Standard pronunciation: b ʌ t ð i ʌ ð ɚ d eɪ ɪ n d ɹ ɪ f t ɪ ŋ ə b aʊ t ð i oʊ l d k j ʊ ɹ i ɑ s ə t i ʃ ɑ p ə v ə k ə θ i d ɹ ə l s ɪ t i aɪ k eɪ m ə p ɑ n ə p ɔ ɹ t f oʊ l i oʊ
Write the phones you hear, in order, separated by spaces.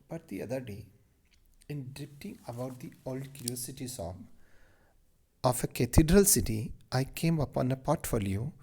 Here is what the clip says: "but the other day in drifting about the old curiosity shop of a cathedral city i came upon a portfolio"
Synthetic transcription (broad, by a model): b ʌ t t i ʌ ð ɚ d eɪ ɪ n d ɹ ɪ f t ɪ ŋ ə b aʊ t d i oʊ l d k j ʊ ɹ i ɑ s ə t i s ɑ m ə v ə k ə t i d ɹ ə l s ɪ t i aɪ k eɪ m ə p ɑ n ə p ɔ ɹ t f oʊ l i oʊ